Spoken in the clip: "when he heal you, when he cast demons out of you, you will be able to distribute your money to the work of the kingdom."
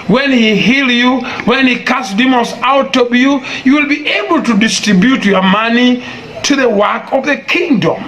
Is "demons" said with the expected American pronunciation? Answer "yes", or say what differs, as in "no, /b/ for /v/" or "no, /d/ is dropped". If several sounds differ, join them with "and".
no, /l/ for /n/